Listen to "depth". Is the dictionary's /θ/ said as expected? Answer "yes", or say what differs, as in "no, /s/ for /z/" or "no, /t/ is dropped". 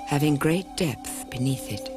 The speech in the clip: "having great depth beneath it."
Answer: yes